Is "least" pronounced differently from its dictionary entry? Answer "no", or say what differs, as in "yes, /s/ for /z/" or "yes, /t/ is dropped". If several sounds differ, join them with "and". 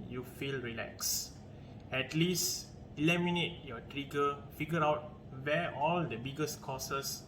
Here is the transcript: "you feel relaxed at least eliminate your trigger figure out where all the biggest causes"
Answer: no